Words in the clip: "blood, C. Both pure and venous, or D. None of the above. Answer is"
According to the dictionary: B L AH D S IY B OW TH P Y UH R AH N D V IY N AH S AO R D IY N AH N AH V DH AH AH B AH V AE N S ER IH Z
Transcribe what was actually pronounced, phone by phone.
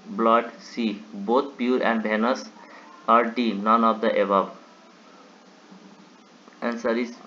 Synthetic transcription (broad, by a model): B L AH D S IY B OW T P Y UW R AH N D B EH N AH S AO R D IY N AH N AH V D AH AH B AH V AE N S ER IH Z